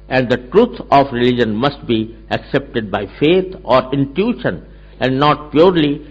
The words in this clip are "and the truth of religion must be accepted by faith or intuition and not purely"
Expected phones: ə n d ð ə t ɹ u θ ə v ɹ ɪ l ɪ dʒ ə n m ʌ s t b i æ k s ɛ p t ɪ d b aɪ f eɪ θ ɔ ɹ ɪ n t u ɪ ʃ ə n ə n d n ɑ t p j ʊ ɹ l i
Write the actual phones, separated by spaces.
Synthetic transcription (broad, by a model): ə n d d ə t ɹ u t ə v ɹ ɪ l ɪ dʒ ə n m ʌ s t b i æ k s ɛ p t ɪ d b aɪ f eɪ t ɔ ɹ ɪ n t u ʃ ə n ə n d n ɑ t p j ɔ ɹ l i